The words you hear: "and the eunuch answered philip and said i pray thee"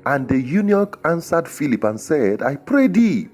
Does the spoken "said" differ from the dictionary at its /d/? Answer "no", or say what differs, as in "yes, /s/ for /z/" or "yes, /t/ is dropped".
no